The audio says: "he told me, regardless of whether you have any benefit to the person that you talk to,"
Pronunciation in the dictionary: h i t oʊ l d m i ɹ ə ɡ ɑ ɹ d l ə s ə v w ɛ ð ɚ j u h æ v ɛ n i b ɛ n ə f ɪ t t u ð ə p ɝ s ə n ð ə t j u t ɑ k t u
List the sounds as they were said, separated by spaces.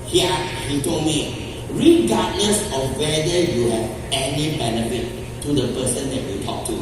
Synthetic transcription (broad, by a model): h i t oʊ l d m i ɹ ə ɡ ɑ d n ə s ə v w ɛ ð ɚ j u h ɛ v ɛ n i b ɛ n ə f ɪ t t u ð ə p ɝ s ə n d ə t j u t ɑ k t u